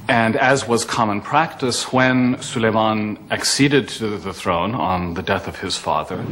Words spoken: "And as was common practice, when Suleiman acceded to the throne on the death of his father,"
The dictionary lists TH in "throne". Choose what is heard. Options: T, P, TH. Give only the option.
TH